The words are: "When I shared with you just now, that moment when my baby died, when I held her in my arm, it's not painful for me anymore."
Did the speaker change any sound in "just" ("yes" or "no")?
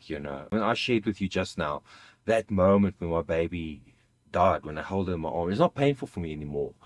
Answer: no